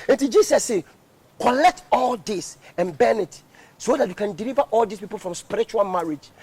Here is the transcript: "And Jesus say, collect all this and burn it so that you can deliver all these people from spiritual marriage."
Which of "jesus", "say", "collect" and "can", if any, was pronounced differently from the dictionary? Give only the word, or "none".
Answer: jesus